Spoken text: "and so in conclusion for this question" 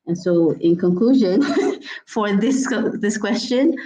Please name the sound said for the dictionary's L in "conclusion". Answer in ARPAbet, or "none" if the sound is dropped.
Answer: L